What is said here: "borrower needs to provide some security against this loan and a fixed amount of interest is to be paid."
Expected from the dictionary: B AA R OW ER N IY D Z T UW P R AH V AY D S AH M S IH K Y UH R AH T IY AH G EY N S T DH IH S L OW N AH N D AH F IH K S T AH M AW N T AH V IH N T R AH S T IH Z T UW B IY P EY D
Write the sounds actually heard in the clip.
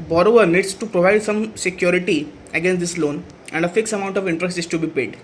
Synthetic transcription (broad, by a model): B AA R OW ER N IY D S T UW P R AH V AY D S AH M S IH K Y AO R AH T IY AH G EY N S T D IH S L OW N AH N D AH F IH K S AH M AW N T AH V IH N T R AH S T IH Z T UW B IY P EY D